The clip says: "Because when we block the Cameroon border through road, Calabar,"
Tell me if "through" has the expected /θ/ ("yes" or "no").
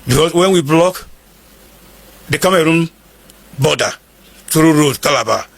no